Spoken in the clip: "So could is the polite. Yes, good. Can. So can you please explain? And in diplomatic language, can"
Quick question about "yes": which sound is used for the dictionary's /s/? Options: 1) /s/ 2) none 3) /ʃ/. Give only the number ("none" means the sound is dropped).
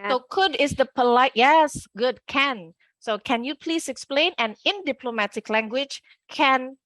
1